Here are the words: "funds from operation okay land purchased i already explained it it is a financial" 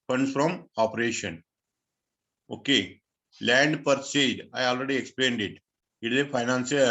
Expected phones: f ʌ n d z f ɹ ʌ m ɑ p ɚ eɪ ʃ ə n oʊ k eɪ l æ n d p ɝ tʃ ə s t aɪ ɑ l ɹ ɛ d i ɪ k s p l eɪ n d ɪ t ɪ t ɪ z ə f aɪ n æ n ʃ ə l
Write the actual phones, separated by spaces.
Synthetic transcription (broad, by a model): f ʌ n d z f ɹ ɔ m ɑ p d eɪ ʃ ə n oʊ k eɪ l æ n d p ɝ s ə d aɪ ɑ l ɹ ɛ d i ɪ k s p l eɪ n d ɪ t ɪ t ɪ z ə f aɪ n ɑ n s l